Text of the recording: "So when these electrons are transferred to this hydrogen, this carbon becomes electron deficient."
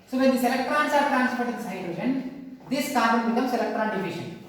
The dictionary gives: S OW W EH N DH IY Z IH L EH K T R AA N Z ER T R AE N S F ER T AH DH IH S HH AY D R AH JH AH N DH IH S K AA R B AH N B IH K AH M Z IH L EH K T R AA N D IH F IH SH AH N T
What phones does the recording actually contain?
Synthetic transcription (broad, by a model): S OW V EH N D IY S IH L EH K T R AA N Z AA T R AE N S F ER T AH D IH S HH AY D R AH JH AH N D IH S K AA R AH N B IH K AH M S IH L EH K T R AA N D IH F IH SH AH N